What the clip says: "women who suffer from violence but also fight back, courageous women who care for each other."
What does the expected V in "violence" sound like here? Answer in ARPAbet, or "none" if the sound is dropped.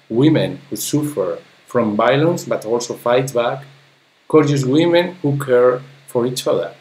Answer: B